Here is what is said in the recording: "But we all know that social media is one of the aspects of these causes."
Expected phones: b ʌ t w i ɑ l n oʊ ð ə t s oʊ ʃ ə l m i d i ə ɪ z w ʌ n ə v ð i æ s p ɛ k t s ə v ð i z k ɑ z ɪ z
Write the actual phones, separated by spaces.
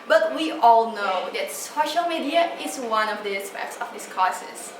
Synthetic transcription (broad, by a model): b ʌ t w i ɑ l n oʊ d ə t s oʊ ʃ ə l m i d i ə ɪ s w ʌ n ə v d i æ s p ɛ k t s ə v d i s k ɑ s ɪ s